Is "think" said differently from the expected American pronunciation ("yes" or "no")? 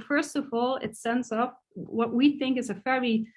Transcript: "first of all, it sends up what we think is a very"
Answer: no